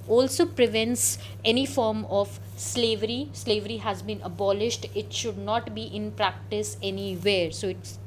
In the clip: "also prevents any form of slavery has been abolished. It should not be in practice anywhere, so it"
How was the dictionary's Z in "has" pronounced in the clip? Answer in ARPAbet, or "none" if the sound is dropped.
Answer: Z